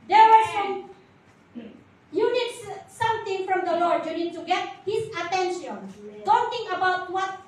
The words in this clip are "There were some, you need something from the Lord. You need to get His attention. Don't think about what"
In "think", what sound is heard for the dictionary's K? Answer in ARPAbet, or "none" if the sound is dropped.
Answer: none